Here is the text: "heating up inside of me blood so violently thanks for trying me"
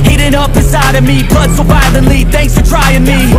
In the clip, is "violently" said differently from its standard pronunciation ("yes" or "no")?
yes